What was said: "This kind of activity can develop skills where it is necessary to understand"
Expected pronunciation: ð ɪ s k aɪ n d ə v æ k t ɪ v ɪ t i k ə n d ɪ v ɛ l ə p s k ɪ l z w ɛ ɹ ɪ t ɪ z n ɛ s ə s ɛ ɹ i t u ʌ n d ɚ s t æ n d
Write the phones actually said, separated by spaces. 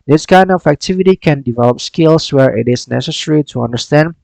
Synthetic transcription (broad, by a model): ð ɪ s k aɪ n d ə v æ k t ɪ v ɪ t i k ə n d ɪ v ɛ l ə p s k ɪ l s w ɛ ɹ ɪ t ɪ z n ɛ s ə s ɛ ɹ i t u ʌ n d ɚ s t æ n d